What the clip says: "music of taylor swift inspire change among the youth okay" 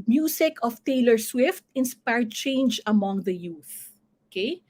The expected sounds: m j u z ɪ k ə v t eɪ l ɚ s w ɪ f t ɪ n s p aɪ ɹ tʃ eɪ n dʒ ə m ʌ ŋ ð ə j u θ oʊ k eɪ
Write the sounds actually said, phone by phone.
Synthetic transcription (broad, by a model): m j u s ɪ k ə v t eɪ l ɚ s w ɪ f t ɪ n s p aɪ ɹ tʃ eɪ n dʒ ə m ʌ ŋ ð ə j u θ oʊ k eɪ